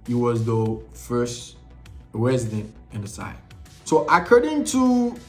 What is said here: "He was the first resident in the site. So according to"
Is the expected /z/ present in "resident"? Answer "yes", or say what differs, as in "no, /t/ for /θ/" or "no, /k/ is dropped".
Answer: yes